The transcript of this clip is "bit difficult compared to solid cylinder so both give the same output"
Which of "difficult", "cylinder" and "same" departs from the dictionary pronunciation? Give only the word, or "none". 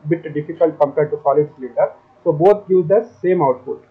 cylinder